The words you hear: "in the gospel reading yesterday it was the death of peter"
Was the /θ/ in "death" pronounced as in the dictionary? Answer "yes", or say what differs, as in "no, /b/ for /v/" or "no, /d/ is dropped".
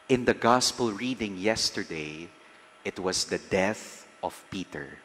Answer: yes